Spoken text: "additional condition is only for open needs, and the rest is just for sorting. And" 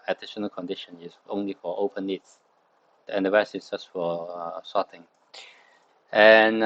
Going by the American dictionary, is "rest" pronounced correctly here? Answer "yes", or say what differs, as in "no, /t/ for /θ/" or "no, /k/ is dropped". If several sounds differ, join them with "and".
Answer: no, /t/ is dropped